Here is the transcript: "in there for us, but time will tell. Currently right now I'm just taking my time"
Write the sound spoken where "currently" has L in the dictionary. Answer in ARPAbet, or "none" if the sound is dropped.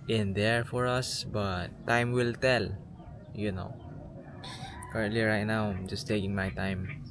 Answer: L